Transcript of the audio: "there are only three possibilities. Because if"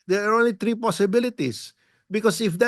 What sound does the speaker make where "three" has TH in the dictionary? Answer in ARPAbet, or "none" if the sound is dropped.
T